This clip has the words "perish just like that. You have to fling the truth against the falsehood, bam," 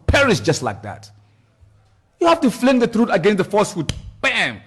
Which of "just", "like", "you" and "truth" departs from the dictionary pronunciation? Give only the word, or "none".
truth